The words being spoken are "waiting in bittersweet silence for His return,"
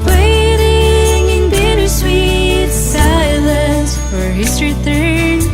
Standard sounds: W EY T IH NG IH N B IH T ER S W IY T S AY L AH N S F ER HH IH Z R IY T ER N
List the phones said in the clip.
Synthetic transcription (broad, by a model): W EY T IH NG IH N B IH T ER S W IY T S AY L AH S F ER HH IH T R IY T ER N